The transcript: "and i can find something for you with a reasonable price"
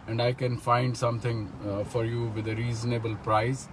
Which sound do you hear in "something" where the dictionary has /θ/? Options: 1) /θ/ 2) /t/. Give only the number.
2